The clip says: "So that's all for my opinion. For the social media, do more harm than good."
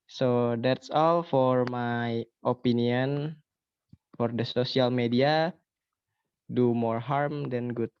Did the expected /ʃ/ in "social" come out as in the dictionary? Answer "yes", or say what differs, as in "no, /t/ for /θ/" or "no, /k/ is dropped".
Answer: no, /s/ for /ʃ/